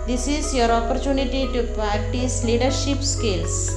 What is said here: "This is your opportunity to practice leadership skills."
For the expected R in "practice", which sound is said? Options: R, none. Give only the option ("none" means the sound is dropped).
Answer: none